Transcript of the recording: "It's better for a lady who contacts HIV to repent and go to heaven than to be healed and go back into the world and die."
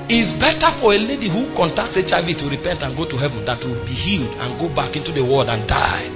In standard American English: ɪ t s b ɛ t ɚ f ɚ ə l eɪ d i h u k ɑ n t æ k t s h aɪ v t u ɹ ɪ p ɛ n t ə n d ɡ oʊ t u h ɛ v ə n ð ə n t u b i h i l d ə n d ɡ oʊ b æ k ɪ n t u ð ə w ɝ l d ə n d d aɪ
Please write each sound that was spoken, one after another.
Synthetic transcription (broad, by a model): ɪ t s b ɛ t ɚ f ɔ ə l eɪ d i h u k ɑ n t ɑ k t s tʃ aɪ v t u ɹ ɪ p ɛ n t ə n ɡ oʊ t u h ɛ v ə n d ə n t u b i h i l d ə n ɡ oʊ b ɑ k ɪ n t u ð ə w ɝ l d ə n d d aɪ